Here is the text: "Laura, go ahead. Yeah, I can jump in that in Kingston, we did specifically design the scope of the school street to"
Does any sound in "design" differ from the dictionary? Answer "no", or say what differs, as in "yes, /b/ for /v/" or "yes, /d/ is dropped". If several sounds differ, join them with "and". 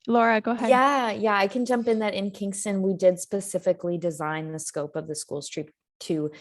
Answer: no